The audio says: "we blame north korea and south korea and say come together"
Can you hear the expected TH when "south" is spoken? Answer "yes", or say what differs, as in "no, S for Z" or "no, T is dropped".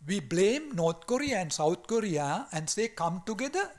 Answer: no, T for TH